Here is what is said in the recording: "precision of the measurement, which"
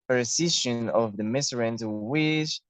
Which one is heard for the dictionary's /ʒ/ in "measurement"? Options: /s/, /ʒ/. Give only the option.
/s/